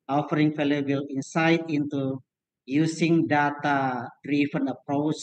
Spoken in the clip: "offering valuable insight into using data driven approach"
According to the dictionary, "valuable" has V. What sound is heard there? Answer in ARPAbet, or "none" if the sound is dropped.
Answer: F